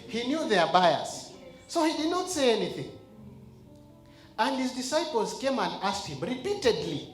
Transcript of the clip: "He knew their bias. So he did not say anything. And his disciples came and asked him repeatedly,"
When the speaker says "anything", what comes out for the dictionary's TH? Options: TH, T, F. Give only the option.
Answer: TH